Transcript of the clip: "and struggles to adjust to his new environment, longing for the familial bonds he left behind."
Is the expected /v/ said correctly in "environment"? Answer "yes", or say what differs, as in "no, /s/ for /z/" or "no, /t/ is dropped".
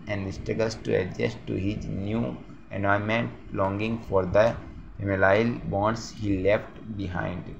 no, /v/ is dropped